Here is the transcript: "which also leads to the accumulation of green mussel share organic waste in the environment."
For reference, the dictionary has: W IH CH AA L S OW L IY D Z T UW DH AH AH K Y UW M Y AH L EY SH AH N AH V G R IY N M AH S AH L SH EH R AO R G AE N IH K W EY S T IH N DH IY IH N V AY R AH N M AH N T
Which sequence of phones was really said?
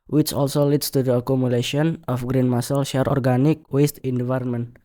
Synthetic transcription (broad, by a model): W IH CH AA L S OW L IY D S T UW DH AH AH K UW M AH L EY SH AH N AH F G R IY N M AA S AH L SH EH R AO R G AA N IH K W EY S T IH N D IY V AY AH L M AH N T